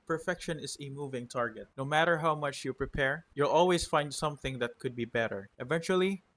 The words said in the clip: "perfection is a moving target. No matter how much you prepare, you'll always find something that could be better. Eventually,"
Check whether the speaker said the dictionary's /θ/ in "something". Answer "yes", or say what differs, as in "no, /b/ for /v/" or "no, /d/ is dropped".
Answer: yes